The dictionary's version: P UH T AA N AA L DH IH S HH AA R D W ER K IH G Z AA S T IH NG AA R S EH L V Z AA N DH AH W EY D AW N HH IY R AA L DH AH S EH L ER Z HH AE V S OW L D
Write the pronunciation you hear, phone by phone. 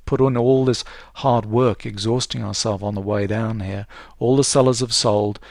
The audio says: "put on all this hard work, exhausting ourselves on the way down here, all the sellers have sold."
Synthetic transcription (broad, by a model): P UH T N AA L DH IH S HH AA R D W ER K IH G Z AA S T IH NG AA R S EH L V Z N DH AH W EY D AW N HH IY R AA L DH AH S EH L ER Z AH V S OW L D